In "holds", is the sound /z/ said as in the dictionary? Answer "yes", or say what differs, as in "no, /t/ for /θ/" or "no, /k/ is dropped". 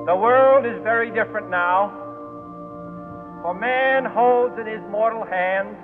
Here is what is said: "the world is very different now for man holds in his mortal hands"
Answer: yes